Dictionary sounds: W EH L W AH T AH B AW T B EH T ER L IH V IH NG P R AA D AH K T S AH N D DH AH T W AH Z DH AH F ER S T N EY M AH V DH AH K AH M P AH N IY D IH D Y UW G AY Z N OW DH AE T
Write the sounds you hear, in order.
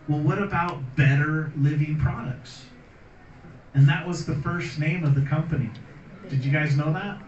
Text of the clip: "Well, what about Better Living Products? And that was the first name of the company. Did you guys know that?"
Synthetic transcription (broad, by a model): W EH L W AH T AH B AW T B EH T ER L IH V IH NG P R AA D AH K T S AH N DH AH T W AH Z DH AH F ER S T N EY M AH V DH AH K AH M P AH N IY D IH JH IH G AY Z N OW DH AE T